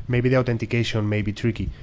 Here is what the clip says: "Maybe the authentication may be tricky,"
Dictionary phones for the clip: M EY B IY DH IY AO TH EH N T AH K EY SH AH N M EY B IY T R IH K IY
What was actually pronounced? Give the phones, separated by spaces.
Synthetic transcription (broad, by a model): M EY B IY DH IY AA T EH N T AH K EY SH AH N M EY B IY T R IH K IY